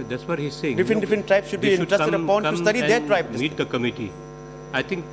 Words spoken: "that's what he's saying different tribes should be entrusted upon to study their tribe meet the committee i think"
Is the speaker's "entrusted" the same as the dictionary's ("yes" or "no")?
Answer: no